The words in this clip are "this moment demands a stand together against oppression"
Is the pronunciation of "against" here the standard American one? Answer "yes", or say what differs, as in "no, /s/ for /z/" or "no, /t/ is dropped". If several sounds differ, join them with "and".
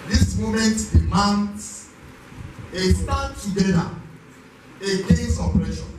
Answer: no, /t/ is dropped